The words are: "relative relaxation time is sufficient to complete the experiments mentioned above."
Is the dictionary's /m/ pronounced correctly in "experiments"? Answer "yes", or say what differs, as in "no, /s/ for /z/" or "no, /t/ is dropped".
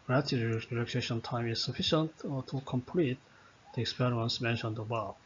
no, /m/ is dropped